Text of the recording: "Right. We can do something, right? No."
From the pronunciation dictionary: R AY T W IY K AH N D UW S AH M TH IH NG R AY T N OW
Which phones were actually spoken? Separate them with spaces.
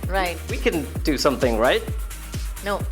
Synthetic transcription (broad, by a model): R AY T W IY K AH N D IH S AH M TH IH NG R AY T N OW